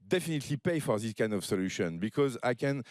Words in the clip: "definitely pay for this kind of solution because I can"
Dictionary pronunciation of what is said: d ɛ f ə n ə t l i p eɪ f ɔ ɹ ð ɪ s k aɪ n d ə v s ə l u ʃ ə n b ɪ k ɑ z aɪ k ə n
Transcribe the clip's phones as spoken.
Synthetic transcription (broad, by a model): d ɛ f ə n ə t l i p eɪ f ɔ ɹ ð ɪ s k aɪ n d ə v s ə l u ʃ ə n b ɪ k ɑ z aɪ k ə n